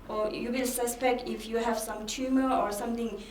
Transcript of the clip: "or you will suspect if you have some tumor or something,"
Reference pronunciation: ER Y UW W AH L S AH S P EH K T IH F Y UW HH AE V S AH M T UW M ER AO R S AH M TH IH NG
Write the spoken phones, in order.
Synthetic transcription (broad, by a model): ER Y UW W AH L S AH S P EH K T IH F Y UW HH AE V S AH M T UW M ER AO R S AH M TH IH NG